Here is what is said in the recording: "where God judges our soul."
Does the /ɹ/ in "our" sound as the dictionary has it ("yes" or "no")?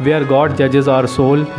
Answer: yes